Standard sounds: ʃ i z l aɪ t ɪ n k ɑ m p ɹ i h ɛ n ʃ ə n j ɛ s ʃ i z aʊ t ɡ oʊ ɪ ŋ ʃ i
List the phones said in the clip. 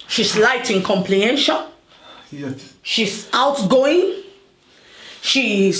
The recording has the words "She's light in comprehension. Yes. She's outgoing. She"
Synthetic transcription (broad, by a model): ʃ i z l aɪ t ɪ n k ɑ m p l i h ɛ n ʃ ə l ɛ ʃ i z aʊ t ɡ oʊ ɪ ŋ ʃ i